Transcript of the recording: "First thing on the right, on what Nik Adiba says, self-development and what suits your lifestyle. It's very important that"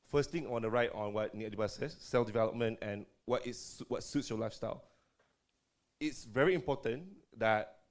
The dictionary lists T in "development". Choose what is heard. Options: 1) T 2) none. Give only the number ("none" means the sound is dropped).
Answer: 1